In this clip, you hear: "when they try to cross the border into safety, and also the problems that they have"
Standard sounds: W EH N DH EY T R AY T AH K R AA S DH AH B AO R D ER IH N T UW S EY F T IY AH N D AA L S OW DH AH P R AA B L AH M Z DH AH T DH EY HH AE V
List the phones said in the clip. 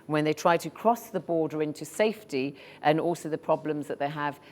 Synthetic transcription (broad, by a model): W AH N DH EY T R AY T AH K R AA S DH AH B AO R D ER IH N T UW S EY F T IY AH N AA L S OW DH AH P R AA B L AH M Z DH AH T DH EY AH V